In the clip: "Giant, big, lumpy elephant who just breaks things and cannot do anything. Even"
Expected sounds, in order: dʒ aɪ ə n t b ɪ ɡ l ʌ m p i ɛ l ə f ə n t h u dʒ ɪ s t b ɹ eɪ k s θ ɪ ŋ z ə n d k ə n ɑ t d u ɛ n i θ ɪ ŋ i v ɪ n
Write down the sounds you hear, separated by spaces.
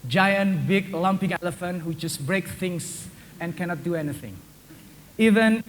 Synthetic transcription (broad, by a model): dʒ aɪ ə n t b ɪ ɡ l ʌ m p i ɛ l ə f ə n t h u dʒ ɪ s b ɹ eɪ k θ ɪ ŋ s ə n k ə n ɑ t d u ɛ n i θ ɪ ŋ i v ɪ n